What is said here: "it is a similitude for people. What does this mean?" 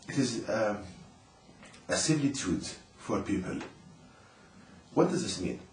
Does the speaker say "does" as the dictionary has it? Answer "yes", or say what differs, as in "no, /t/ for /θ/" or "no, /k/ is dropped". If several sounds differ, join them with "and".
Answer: yes